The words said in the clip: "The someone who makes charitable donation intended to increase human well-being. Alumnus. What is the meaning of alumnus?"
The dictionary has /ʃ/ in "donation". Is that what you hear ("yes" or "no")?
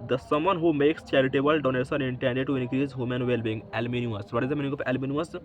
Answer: no